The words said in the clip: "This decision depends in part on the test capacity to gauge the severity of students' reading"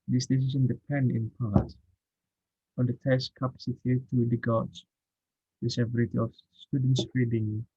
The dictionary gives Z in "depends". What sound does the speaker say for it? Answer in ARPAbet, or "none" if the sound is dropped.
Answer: none